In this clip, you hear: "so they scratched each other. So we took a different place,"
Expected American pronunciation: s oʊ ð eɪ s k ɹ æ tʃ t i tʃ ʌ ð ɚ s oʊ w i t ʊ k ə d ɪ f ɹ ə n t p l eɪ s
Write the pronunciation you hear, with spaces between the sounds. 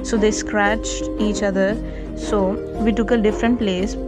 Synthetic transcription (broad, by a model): s oʊ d eɪ s k ɹ æ tʃ t i tʃ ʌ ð ɚ s oʊ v i t ʊ k ə d ɪ f ɹ ə n t p l eɪ s